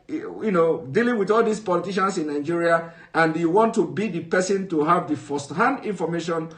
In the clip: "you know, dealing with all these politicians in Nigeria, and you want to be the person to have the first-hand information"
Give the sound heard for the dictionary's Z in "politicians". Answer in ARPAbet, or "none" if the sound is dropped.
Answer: S